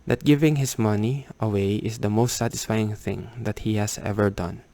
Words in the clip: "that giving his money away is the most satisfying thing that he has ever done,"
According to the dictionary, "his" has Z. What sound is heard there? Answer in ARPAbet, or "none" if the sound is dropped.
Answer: S